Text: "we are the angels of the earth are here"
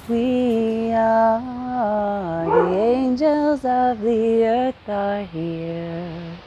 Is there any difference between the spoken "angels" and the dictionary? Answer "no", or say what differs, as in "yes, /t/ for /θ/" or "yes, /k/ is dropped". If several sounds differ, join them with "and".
no